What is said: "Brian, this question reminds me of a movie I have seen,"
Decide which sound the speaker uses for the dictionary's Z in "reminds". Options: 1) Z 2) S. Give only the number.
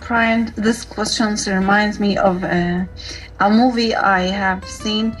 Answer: 1